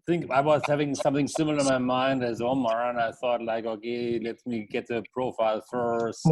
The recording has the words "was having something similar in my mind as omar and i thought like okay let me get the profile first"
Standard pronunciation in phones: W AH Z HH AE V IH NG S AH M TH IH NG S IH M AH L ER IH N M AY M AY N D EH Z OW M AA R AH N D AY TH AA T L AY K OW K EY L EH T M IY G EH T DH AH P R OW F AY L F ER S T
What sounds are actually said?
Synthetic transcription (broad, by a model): W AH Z HH AE V IH NG S AH M TH IH NG S IH M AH L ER IH N M AY M AY N D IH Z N M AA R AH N AY TH AA T L AY K OW K EY L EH T M IY G EH T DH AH P R OW F AY L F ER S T